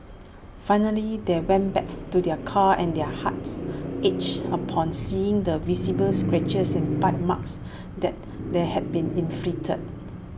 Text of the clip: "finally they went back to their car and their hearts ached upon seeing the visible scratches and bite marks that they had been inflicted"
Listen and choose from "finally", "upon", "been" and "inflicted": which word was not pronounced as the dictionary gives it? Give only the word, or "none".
inflicted